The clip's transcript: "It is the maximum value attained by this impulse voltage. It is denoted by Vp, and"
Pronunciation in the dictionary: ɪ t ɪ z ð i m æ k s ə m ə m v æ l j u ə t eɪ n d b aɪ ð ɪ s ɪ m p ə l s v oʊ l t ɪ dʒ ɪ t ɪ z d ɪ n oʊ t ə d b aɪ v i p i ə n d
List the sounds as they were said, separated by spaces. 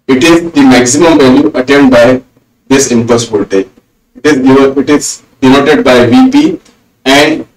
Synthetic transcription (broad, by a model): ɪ t ɪ z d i m æ k s ə m ə m v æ l j u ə t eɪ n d b aɪ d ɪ s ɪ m p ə s b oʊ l t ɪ z ɪ t ɪ z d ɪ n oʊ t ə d b aɪ v i p i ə n d